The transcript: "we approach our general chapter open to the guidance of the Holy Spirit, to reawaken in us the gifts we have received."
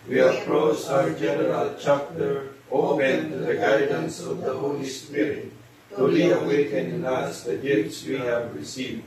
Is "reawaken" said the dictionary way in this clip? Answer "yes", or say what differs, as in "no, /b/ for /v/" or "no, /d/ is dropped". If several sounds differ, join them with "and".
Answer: no, /l/ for /ɹ/